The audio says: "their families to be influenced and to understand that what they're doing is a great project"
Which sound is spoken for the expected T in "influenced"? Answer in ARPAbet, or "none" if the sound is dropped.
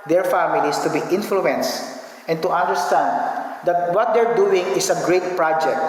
T